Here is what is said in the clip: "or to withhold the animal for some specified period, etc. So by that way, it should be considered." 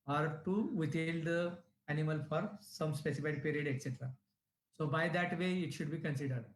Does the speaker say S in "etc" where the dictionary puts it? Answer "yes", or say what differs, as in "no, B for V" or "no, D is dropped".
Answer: yes